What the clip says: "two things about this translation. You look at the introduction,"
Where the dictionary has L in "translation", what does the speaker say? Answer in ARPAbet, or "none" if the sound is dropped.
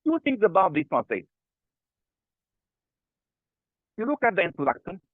none